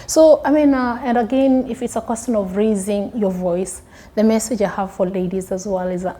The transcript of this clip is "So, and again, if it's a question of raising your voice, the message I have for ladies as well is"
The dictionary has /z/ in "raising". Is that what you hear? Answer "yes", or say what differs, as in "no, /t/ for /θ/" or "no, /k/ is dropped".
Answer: yes